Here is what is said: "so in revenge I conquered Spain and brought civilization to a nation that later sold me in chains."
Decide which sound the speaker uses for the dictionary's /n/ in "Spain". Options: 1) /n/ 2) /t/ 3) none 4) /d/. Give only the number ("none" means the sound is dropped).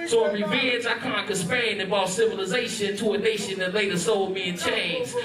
3